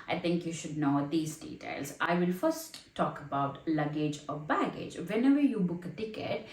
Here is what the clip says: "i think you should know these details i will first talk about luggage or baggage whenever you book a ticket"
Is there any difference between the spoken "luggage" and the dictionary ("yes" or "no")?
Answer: no